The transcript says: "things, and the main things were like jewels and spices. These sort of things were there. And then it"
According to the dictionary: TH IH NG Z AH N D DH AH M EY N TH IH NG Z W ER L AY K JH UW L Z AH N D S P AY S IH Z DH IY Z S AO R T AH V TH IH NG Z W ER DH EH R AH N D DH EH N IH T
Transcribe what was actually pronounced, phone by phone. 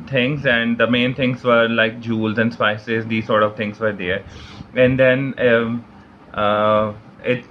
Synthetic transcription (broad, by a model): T IH NG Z AH N D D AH M EY N T IH NG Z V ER L AY K JH UW L Z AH N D S P AY S IH Z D IY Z S AO R T AH V T IH NG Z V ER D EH R AH N D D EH N IH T